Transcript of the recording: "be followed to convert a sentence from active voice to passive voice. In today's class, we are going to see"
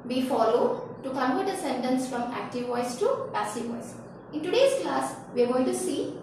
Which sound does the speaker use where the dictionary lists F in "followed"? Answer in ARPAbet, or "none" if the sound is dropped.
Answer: F